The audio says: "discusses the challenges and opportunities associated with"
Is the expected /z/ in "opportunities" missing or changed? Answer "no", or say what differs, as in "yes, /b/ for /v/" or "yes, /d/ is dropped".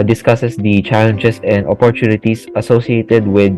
yes, /s/ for /z/